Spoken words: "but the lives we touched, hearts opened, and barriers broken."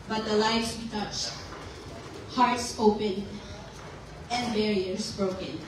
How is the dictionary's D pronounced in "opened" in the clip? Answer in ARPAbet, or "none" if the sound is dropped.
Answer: none